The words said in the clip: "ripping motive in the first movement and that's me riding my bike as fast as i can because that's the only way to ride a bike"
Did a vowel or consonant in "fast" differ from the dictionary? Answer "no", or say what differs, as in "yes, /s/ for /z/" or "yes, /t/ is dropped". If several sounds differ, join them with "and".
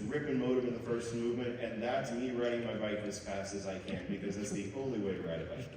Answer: no